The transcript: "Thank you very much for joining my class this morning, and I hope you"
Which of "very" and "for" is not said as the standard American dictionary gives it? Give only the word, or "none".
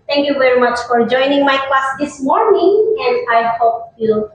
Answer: none